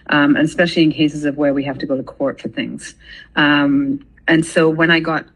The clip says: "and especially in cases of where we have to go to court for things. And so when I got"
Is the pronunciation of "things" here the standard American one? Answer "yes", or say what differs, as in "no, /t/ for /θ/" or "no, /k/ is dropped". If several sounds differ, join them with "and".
yes